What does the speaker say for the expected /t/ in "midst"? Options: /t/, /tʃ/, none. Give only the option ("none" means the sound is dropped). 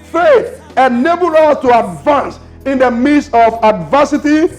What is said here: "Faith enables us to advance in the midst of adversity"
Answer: none